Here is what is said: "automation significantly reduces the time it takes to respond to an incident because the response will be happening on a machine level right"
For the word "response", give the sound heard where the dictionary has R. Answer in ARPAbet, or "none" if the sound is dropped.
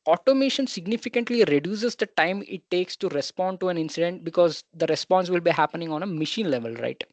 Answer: R